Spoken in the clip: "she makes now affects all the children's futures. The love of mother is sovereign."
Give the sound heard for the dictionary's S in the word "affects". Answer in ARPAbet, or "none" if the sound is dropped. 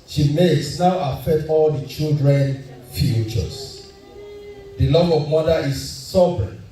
none